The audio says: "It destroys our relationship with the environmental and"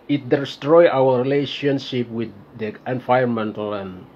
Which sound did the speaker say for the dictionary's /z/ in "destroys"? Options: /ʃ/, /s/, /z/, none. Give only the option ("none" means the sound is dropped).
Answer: none